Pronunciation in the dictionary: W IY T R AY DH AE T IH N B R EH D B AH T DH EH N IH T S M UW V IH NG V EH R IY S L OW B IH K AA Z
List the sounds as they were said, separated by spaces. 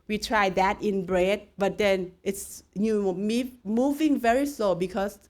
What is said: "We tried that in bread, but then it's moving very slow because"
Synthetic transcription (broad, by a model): W IY T R AY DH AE T IH N B R EH D B AH T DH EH N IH T S M UW V IH NG V EH R IY S L OW B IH K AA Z